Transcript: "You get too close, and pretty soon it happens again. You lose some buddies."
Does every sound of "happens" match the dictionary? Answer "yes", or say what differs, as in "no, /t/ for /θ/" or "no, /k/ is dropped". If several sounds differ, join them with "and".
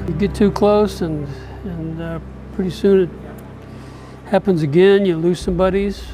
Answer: yes